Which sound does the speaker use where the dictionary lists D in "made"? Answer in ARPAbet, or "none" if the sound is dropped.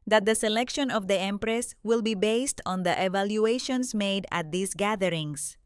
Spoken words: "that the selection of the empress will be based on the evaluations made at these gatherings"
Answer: D